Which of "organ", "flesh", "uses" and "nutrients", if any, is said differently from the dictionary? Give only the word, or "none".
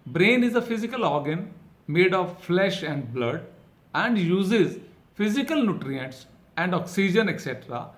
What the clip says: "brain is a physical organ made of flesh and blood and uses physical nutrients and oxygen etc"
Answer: none